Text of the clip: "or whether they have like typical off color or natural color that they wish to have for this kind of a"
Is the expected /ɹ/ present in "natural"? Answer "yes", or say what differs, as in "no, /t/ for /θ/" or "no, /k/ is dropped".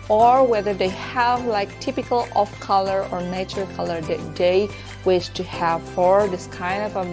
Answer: no, /ɹ/ is dropped